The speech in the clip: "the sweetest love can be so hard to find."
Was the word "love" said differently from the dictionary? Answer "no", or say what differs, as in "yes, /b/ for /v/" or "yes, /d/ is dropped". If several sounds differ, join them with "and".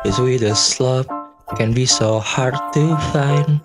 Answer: yes, /p/ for /v/